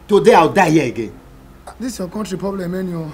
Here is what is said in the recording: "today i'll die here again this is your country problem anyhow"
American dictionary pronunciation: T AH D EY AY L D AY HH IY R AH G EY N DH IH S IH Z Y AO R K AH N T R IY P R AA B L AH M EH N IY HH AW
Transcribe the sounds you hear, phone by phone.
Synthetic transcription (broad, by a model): T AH D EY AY W D AY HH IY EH AH G EY N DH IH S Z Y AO K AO N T R IY P R AA B L AH M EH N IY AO